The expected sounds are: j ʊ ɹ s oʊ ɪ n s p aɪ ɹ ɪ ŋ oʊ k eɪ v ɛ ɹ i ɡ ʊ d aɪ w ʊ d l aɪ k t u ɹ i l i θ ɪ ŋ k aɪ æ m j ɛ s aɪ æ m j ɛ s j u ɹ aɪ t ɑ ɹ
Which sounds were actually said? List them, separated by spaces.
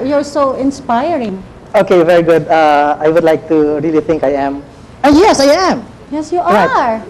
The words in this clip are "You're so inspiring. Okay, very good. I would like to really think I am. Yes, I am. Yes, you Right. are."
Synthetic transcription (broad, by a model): j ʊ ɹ s oʊ ɪ n s p aɪ ɹ ɪ ŋ oʊ k eɪ v ɛ ɹ i ɡ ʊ d aɪ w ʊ d l aɪ k t u ɹ i l i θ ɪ ŋ k aɪ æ m j ɛ s aɪ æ m j ɛ s j u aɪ ɑ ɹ